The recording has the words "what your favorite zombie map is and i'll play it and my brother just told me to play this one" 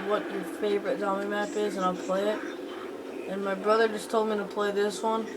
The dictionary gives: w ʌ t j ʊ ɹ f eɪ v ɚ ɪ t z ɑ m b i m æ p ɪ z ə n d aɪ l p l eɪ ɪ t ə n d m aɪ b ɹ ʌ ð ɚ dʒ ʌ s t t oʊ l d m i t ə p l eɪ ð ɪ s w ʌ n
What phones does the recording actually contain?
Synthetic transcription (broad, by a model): w ʌ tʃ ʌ ɹ f eɪ v ɚ ɪ t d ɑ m i m æ p ɪ z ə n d aɪ l p l eɪ ɪ t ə n m aɪ b ɹ ʌ ð ɚ dʒ ʌ s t t oʊ l d m i t ə p l eɪ ð ɪ s w ʌ n